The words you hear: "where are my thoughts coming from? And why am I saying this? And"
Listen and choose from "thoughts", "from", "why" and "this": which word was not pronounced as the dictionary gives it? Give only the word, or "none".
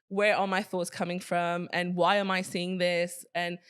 none